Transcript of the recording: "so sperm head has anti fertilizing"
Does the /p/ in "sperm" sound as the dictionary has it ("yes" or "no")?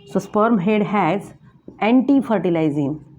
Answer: yes